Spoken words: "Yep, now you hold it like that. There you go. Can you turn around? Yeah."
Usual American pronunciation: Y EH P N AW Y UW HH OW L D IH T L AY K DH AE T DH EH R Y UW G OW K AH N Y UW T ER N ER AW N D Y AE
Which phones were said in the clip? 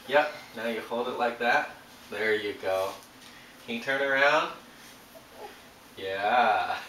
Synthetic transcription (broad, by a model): Y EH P N AW Y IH HH OW L D IH T L AY K DH AE T DH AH R Y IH G OW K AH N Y T ER N ER AW N D Y AE